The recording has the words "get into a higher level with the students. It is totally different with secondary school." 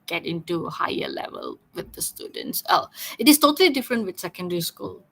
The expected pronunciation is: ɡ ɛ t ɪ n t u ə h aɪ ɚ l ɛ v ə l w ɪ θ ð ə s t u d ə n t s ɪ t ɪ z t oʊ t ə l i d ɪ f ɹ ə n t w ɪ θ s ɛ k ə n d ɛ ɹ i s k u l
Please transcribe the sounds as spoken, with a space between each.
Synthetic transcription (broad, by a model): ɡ ɛ t ɪ n t u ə h aɪ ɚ l ɛ v ə l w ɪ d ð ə s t u d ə n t s ɪ t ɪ s t oʊ t ə l i d ɪ f ɹ ə n t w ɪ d s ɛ k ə n d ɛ ɹ i s k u l